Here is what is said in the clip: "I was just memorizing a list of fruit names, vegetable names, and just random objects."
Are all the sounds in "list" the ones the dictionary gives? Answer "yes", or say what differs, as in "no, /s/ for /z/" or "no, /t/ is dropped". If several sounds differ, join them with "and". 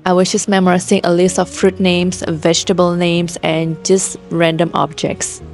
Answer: yes